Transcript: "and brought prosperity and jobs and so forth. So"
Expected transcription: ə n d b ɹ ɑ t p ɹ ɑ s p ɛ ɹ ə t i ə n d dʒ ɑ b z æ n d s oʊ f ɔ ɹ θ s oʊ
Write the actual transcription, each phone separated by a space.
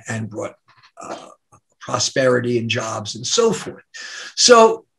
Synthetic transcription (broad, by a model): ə n b ɹ ɑ t p ɹ ɑ s p ɛ ɹ ə t i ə n dʒ ɑ b z n s oʊ f ɔ ɹ θ s oʊ